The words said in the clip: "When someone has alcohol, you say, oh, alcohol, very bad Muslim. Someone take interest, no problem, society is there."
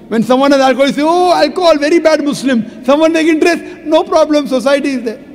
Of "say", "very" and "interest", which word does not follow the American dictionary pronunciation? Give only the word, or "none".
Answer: none